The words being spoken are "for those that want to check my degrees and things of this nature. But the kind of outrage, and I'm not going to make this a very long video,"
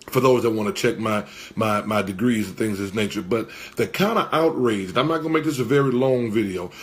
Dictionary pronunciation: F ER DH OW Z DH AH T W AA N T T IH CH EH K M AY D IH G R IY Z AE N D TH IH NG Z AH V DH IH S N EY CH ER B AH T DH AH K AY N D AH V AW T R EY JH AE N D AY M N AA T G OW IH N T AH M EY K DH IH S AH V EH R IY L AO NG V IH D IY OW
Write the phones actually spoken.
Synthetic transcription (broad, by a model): F ER DH OW Z DH AH T W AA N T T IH CH EH K M AY D IH G R IY Z N TH IH NG Z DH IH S N EY CH ER B AH T DH AH K AY N D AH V AW T R EY JH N AY M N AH T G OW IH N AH M EY K DH IH S AH V EH R IY L AO NG V IH D IY OW